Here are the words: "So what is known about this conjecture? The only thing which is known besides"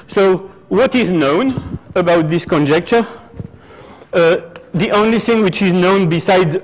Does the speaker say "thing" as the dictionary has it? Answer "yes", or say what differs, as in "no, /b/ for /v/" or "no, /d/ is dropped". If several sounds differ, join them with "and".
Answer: yes